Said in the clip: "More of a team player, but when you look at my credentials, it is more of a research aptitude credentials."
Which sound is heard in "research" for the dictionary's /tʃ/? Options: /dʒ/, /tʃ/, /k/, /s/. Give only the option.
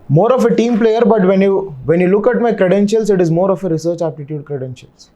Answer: /tʃ/